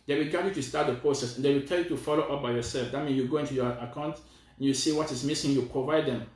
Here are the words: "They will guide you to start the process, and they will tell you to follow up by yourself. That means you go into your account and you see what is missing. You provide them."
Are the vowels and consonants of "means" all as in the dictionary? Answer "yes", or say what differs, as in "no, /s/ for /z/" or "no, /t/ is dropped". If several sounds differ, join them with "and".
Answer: no, /z/ is dropped